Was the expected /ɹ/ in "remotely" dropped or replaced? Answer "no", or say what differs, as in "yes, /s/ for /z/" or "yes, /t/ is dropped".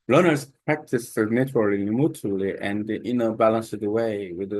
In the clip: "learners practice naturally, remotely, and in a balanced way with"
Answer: yes, /l/ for /ɹ/